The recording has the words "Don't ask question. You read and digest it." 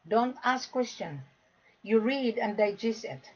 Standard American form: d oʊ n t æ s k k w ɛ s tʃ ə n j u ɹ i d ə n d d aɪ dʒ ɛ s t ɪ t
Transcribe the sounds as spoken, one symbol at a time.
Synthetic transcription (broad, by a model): d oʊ n t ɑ s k k w ɛ s tʃ ə n j u ɹ i d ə n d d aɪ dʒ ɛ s ɪ t